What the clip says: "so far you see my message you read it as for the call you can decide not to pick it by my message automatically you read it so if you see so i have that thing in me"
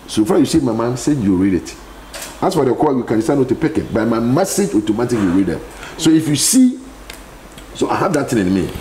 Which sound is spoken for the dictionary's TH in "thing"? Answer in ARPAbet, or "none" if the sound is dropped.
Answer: T